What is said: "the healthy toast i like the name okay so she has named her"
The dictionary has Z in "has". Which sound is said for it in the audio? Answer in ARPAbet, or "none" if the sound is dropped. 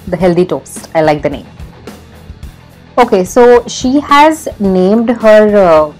Z